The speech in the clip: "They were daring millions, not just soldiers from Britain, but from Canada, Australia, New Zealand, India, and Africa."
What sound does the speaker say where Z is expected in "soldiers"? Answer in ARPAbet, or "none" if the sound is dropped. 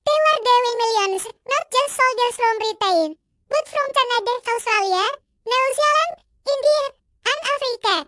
S